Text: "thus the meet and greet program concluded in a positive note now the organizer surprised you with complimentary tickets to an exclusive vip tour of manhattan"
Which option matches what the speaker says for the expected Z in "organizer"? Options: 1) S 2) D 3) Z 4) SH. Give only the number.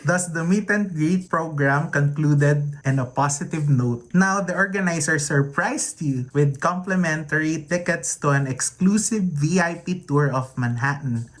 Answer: 1